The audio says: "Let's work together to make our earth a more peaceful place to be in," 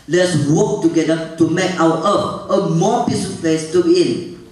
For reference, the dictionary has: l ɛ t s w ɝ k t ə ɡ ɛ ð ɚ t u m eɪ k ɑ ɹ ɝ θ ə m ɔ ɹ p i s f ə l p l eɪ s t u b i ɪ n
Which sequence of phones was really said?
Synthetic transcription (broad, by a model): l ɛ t s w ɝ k t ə ɡ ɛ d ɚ t u m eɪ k ɑ w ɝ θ ə m ɔ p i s ə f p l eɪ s t u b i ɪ n